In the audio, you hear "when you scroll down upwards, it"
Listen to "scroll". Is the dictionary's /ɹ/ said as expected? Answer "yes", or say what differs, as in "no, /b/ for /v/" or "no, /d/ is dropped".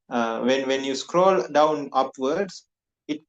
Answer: yes